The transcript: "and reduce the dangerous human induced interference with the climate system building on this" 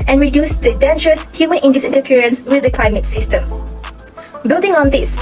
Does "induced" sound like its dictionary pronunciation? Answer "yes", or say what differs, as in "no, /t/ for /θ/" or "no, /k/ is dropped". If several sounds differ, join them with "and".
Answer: no, /t/ is dropped